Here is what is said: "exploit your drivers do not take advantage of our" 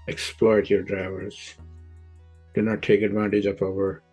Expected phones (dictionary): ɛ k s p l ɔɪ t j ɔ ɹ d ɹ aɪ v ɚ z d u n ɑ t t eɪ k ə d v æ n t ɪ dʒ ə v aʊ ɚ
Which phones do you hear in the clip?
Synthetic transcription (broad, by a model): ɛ k s p l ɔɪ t j ɔ ɹ d ɹ aɪ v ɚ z d u n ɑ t t eɪ k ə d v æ n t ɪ dʒ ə p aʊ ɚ